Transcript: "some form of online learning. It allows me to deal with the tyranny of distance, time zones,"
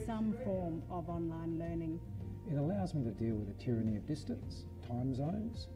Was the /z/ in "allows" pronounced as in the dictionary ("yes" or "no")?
yes